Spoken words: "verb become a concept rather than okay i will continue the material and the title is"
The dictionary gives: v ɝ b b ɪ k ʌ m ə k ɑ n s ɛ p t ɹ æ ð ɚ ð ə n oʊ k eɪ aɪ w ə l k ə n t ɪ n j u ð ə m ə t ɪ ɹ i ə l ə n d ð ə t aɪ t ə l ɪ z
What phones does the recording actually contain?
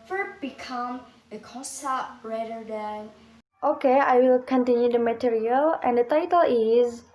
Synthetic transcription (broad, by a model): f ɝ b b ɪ k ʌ m ə k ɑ s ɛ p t ɹ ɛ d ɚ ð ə n oʊ k eɪ aɪ w ə l k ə n t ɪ n j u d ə m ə t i ɹ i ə l ə n d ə t aɪ t ə l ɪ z